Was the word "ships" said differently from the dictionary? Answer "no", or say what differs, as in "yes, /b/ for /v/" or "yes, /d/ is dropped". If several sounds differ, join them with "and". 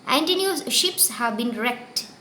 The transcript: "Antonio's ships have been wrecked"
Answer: no